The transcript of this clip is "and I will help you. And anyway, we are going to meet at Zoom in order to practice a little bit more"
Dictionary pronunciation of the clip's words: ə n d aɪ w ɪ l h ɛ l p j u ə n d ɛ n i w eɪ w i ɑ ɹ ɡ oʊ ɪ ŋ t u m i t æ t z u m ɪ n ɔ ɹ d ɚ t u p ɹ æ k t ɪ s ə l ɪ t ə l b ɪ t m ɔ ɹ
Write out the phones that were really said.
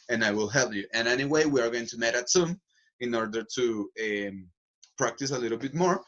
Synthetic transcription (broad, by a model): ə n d aɪ w ɪ l h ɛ l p j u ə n ɛ n i w eɪ w i ɑ ɹ ɡ oʊ ɪ ŋ t u m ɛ t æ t s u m ɪ n ɔ ɹ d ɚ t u p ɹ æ k t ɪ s ə l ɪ t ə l b ɪ t m ɔ ɹ